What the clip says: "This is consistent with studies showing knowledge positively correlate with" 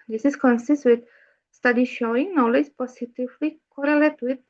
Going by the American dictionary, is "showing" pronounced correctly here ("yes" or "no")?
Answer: yes